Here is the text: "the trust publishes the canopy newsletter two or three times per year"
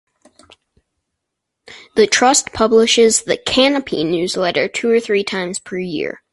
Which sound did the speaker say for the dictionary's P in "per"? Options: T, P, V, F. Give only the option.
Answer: P